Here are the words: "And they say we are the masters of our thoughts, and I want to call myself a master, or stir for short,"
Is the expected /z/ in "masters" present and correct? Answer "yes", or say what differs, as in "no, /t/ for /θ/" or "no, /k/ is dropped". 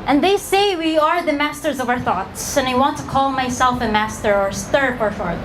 yes